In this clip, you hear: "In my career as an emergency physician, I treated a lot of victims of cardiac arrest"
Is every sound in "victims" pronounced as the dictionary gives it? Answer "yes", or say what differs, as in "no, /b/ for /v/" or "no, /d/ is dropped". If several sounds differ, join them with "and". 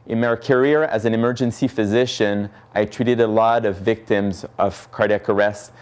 yes